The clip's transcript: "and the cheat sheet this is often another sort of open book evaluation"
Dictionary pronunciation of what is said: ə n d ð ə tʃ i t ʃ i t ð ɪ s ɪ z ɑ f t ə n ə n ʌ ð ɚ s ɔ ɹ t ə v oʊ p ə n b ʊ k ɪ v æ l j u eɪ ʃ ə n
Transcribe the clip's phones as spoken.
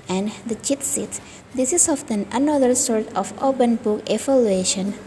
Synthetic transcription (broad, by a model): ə n d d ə tʃ i t s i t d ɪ s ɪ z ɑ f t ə n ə n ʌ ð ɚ s ɔ ɹ t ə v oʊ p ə n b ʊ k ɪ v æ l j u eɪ ʃ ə n